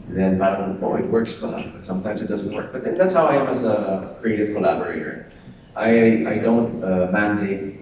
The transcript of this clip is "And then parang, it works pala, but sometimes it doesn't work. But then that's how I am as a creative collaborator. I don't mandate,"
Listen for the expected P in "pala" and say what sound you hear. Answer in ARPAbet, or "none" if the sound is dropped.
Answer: F